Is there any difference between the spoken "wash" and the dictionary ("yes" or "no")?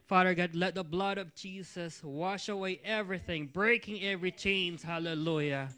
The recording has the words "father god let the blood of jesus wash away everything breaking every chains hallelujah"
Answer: no